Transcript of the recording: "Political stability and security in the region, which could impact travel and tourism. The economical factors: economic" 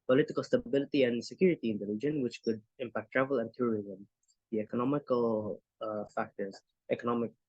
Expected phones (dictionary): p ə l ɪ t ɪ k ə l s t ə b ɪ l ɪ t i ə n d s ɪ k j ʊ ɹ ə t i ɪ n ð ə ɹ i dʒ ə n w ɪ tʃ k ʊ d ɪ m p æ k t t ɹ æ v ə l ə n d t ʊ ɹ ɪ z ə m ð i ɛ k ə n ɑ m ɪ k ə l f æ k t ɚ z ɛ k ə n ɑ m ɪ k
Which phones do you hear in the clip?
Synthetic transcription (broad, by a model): p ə l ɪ t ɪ k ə l s t ə b ɪ l ɪ t i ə n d s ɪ k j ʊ ɹ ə t i ɪ n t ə l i dʒ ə n w ɪ tʃ k ʊ d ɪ m p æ k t t ɹ æ v ə l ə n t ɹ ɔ ɹ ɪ z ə m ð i ɛ k ə n ɑ m ɪ k ə l f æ k t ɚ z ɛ k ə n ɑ m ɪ k